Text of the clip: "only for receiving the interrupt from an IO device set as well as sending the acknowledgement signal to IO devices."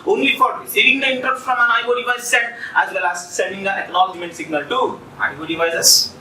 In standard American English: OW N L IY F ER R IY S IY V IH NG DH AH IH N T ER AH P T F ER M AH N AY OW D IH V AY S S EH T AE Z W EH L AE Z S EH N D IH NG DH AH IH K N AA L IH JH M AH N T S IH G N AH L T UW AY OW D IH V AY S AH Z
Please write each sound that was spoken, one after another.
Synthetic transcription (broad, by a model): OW N L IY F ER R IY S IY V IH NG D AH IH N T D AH F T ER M AH N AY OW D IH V AY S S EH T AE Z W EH L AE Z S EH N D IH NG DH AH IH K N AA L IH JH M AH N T S IH G N AH L T UW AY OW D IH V AY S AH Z